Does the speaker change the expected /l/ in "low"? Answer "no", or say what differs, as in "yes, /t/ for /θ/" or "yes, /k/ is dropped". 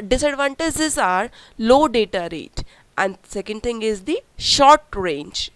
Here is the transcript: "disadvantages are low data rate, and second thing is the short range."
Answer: no